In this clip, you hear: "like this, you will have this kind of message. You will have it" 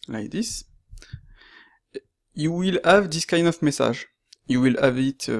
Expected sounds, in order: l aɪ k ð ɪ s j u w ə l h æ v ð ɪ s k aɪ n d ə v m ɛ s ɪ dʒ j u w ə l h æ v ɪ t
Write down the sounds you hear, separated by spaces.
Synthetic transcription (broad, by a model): l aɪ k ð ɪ s j u w ə l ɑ v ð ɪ s k aɪ n d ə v m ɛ s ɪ ʒ j u w ə l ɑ v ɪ t